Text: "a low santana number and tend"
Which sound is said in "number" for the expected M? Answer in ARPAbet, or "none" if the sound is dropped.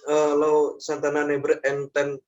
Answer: none